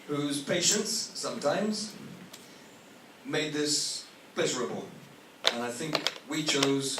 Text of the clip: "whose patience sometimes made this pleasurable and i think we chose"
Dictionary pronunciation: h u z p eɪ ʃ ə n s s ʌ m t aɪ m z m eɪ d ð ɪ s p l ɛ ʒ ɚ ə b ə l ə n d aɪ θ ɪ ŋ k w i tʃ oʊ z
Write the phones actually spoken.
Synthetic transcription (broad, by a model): h u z p eɪ ʃ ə n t s ʌ m t aɪ m z m eɪ d ð ɪ s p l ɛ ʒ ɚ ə b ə l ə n aɪ θ ɪ ŋ k w i tʃ oʊ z